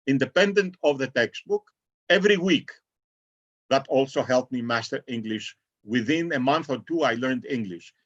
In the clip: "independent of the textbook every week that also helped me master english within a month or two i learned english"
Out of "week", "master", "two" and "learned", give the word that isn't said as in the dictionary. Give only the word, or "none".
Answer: none